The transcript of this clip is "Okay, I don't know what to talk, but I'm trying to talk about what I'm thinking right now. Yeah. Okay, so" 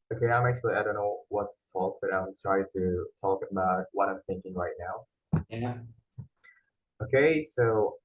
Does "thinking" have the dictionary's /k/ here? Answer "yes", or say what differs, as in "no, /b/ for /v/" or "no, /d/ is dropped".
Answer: yes